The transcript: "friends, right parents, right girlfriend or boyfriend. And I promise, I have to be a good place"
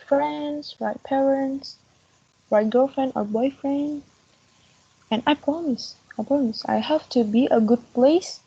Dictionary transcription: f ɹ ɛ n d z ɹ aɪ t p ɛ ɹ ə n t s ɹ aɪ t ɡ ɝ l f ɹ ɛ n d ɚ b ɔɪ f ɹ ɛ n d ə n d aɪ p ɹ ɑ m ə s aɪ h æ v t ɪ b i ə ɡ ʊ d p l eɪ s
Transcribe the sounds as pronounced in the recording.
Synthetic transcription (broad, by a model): f ɹ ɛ n d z ɹ aɪ t p ɛ ɹ ə n t s ɹ aɪ t ɡ ɝ l f ɹ ɛ n d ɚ b ɔɪ f ɹ ɛ n d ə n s aɪ p ɹ ɑ m ə s aɪ h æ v t ɪ b i ə ɡ ʊ d p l eɪ s